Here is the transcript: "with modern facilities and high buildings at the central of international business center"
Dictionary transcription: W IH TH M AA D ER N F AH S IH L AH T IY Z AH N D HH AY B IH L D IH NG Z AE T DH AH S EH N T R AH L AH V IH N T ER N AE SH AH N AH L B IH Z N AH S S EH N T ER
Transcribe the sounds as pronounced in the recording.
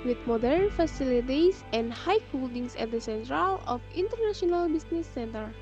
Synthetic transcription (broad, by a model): W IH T M AA D ER N F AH S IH L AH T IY S AH N D HH AY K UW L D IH NG S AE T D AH S EH N T R AH L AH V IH N T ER N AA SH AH N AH L B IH S N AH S S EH N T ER